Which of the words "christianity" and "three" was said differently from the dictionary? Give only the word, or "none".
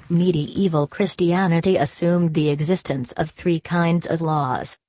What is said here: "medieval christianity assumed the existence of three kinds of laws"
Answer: none